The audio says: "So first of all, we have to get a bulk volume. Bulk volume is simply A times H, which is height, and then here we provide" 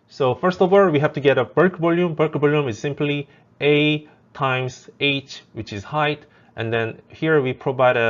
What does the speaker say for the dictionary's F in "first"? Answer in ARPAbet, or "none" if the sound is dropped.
F